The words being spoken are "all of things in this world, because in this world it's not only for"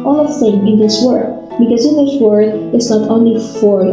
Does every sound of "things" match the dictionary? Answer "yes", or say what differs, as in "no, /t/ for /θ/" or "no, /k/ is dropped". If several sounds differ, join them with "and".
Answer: no, /z/ is dropped